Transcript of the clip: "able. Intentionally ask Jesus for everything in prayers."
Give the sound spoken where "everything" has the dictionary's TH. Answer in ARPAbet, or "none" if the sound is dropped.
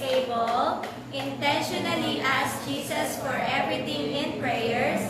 T